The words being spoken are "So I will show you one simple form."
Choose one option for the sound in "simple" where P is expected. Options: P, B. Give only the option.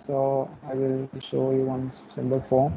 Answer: B